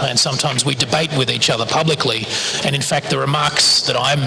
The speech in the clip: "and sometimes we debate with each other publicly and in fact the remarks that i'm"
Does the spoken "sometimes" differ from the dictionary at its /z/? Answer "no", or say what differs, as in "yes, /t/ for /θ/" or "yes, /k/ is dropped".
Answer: no